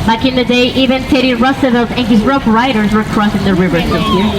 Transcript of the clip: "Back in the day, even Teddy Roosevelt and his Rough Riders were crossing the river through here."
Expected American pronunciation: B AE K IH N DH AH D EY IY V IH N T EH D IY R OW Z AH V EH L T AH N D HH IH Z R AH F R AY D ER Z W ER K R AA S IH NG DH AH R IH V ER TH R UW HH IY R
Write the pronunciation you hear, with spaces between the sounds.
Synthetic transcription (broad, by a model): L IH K IH N DH AH D EY IY V IH N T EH D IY R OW S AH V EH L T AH N HH IH Z R AH F R AY D ER Z W ER K R AA S IH NG DH AH R IH V ER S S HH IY R